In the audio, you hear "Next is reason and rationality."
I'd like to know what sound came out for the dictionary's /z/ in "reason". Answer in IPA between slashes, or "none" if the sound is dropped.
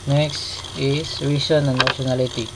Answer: /s/